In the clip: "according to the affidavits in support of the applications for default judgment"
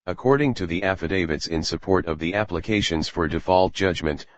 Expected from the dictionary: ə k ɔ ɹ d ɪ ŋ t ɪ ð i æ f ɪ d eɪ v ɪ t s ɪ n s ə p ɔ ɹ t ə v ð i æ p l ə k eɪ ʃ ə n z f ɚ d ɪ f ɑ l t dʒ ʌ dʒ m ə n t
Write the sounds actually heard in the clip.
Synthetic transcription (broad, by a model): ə k ɔ ɹ d ɪ ŋ t ɪ ð i æ f ɪ d eɪ v ɪ t s ɪ n s ə p ɔ ɹ t ə v ð i æ p l ə k eɪ ʃ ə n z f ɚ d ɪ f ɑ l t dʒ ʌ dʒ m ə n t